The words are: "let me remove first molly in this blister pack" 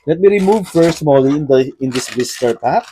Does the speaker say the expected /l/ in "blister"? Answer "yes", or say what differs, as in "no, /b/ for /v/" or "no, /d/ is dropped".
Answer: no, /l/ is dropped